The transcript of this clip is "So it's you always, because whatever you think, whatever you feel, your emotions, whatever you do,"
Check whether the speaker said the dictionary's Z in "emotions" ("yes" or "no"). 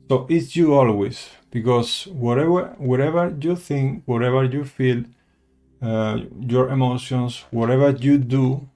no